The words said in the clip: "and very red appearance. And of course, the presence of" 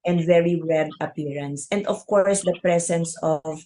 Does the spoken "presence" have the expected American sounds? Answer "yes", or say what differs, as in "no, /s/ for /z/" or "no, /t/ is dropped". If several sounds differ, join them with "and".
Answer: no, /s/ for /z/